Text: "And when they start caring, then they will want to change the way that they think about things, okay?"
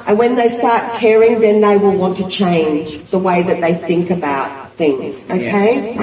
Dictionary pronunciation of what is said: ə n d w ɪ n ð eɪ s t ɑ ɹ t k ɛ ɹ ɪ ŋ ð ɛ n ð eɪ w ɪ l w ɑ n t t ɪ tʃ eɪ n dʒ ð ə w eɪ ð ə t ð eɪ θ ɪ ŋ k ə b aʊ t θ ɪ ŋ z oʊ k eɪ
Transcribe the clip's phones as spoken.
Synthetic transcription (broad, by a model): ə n w ɪ n ð eɪ s t ɑ ɹ t k ɛ ɹ ɪ ŋ ð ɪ n ð eɪ w ɪ l w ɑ n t t ɪ tʃ eɪ n dʒ ð ə w eɪ ð ə t ð eɪ θ ɪ ŋ k ə b aʊ t θ ɪ ŋ z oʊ k eɪ